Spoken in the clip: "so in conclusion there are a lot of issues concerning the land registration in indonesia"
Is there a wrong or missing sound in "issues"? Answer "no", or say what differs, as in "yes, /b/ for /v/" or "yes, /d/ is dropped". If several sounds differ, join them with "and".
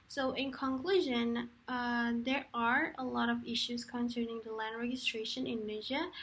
no